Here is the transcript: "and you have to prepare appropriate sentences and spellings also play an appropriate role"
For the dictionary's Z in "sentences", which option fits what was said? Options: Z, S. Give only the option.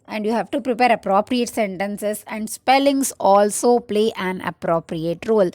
S